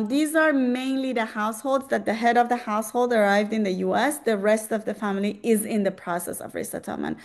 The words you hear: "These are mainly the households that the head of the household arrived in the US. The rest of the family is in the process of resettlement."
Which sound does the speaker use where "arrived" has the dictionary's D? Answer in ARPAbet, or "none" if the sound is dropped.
D